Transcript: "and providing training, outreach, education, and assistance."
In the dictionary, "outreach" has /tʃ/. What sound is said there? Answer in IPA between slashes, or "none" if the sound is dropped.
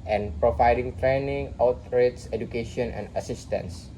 /s/